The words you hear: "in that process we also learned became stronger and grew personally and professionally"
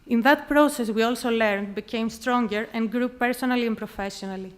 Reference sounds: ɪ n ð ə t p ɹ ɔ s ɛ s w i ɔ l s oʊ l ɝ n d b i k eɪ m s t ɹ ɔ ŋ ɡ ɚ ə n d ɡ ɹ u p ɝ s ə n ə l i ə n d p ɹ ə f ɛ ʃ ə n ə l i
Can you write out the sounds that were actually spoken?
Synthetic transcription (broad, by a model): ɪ n ð ə t p ɹ ɔ s ɛ s w i ɔ l s oʊ l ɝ n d b i k eɪ m s t ɹ ɔ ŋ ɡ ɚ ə n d ɡ ɹ u p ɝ s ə n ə l i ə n p ɹ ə f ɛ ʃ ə n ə l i